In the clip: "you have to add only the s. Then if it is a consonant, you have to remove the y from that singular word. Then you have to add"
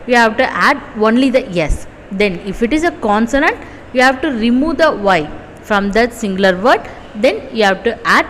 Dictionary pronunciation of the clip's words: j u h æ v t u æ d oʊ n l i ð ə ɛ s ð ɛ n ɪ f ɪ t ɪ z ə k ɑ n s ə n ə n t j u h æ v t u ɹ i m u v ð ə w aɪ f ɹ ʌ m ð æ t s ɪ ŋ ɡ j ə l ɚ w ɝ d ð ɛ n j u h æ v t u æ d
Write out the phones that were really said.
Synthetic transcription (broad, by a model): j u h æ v t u æ d oʊ n l i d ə ɛ s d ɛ n ɪ f ɪ t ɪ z ə k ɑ n s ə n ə n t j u h æ v t u ɹ i m u v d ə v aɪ f ɹ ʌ m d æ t s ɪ ŋ ɡ l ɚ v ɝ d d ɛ n j u h æ v t u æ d